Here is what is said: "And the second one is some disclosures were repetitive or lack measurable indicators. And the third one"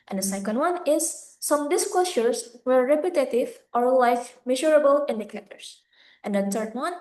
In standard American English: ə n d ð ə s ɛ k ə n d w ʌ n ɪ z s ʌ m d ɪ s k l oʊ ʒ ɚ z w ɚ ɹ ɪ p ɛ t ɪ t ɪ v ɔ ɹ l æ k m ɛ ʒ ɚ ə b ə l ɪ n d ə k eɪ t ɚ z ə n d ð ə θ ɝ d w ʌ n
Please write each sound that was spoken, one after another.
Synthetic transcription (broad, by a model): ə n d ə s ɛ k ə n d w ʌ n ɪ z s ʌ m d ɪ s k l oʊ ʃ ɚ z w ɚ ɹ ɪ p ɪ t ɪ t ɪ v ɔ ɹ l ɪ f m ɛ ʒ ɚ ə b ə l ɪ n d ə k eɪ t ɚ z ə n d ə t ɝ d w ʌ n